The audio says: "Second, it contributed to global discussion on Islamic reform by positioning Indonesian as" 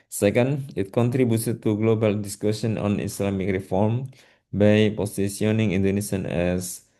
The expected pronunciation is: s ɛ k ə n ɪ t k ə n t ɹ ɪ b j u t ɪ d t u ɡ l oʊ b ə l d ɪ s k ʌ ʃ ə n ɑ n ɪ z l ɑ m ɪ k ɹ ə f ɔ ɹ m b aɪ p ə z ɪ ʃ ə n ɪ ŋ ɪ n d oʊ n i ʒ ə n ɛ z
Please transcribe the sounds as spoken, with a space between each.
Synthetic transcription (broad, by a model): s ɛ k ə n ɪ t k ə n t ɹ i b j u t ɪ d t u ɡ l oʊ b ə l d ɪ s k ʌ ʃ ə n ɑ n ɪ s l ɑ m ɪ k ɹ ə f ɔ ɹ m b aɪ p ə s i s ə n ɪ ŋ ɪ n d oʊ n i s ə n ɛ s